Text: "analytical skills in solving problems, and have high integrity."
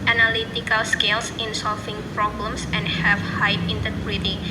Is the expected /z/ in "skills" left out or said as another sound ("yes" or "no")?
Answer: yes